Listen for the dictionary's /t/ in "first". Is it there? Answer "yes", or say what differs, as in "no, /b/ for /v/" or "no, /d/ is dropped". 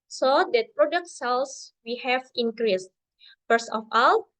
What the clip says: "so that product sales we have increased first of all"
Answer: no, /t/ is dropped